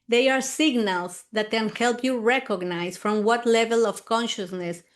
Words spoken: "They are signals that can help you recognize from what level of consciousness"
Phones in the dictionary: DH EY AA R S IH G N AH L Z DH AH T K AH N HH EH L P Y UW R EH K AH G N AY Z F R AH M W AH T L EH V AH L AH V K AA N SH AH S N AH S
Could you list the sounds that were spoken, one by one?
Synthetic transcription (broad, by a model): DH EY AA R S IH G N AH L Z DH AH T K AH N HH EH L P Y UW R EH K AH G N AY S F R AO M W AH T L EH V AH L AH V K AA N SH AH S N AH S